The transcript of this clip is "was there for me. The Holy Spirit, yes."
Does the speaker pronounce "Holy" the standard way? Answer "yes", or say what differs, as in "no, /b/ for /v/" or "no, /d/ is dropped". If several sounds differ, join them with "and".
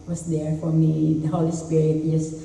yes